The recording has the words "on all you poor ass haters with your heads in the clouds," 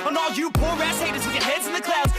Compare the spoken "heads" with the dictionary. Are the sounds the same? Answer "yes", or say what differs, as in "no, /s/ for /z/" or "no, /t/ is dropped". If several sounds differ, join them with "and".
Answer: yes